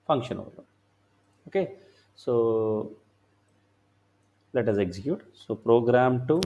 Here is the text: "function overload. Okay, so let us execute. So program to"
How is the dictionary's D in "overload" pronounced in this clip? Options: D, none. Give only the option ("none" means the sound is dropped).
none